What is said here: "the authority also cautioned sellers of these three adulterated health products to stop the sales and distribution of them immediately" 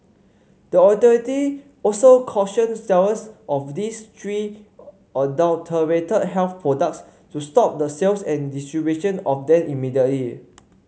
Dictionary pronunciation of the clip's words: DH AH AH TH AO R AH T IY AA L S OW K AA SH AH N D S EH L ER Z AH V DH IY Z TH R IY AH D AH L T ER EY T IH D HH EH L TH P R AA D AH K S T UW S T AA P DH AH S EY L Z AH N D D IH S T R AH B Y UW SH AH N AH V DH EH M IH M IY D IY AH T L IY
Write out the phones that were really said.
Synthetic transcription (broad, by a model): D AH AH T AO R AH T IY AA L S OW K AA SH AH N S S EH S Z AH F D IY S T R IY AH D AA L T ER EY T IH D HH EH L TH P R AA D AH K S T UW S T AA P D AH S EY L S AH N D D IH S T R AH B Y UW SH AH N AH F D EH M IH M IY D IY AH T L IY